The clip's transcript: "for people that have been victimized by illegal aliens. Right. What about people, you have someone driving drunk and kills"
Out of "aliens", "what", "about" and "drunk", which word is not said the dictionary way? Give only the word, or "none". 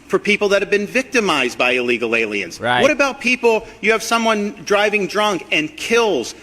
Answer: none